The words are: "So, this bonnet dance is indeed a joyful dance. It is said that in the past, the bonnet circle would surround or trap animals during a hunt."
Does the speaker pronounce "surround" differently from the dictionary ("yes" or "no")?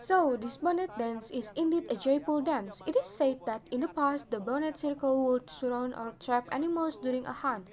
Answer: yes